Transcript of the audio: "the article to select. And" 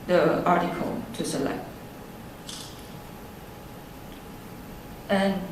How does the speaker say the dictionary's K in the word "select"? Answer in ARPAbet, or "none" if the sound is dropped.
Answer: K